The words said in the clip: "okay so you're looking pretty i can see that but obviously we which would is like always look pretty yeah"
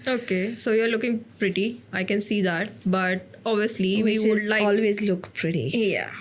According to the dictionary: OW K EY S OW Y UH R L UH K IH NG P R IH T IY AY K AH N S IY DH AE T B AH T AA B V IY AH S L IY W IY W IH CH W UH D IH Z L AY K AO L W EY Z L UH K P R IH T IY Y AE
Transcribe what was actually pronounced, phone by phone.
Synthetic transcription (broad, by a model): OW K EY S OW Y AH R L UH K IH NG P R IH T IY AY K AH N S IY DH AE T B AH T AA B V IY AH S L IY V IY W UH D L AY AO L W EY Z L UH K P R IH T IY Y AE